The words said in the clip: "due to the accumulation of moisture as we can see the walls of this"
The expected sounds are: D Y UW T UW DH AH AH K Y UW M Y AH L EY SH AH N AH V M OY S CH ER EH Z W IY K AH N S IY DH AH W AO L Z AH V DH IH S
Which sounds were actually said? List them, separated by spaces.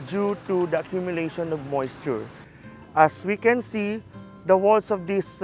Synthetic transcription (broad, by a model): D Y UW T UW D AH AH K Y UW M Y AH L EY SH AH N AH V M OY S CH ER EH S W IY K AH N S IY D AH W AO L S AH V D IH S